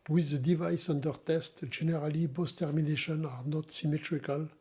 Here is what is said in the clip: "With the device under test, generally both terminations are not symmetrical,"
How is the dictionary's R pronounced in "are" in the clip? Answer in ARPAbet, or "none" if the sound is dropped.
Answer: R